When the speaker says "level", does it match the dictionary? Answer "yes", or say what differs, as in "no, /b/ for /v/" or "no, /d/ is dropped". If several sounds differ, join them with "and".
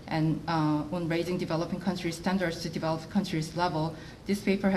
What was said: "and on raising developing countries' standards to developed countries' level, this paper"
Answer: yes